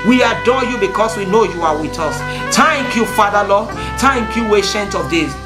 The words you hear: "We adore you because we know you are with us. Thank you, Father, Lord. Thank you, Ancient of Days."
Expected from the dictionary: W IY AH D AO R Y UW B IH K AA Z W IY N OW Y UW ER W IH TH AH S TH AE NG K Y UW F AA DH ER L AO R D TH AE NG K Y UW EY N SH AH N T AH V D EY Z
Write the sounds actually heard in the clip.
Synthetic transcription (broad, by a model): W IY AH D AO Y UW B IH K AA S W IY N OW Y UW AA W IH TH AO S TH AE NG K Y UW F AA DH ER L AO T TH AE NG K Y UW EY SH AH N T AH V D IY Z